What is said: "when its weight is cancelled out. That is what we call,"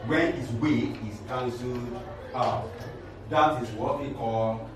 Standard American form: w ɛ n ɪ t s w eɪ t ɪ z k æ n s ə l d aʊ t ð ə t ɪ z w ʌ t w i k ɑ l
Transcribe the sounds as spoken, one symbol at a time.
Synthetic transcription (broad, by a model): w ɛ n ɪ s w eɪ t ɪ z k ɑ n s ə d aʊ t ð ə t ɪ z w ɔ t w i k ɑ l